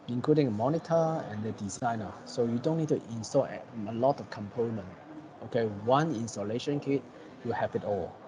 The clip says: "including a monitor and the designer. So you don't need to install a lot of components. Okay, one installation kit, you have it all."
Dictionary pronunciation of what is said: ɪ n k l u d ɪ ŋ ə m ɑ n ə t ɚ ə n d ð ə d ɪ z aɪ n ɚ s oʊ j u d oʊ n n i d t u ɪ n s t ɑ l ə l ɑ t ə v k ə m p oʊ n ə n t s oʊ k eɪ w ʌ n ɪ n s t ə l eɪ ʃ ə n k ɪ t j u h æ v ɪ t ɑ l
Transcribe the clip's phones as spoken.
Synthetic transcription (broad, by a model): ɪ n k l u d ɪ ŋ ə m ɑ n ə t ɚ ə n d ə d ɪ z aɪ n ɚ s oʊ j u d oʊ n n i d t u ɪ n s t ɑ l ə l ɑ t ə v k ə m p oʊ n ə n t oʊ k eɪ w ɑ n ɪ n s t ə l eɪ ʃ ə n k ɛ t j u h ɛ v ɪ t ɑ l